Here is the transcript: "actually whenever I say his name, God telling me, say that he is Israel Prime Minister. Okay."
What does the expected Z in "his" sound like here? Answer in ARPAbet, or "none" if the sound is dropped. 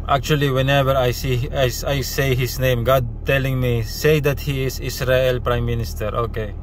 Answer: S